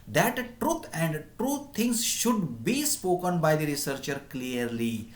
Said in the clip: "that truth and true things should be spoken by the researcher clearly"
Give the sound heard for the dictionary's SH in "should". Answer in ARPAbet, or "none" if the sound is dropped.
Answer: SH